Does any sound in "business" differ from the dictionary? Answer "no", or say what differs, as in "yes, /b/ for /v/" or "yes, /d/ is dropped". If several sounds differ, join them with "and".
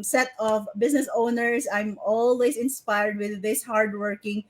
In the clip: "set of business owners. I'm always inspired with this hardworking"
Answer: yes, /s/ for /z/